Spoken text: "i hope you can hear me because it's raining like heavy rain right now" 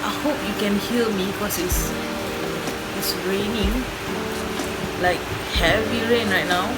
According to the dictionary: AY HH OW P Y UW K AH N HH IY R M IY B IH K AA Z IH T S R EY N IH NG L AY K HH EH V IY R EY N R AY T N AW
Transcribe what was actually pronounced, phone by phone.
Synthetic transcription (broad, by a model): AY HH OW P Y UW K AH N HH IY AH M IY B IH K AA S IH S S R EY N IH NG L AY K HH EH V IY R EY N R AY T N AW